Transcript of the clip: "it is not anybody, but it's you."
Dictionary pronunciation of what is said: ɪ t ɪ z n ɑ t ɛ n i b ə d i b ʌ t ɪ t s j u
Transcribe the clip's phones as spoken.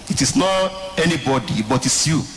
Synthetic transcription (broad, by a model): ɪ t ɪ s n ɑ t ɛ n i b ə d i b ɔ t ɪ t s j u